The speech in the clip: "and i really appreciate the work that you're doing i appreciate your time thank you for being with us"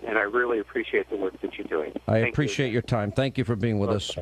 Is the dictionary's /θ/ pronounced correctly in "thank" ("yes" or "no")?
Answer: yes